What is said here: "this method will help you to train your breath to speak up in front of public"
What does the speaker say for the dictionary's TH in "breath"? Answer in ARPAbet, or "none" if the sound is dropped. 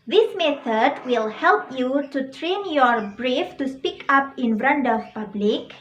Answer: F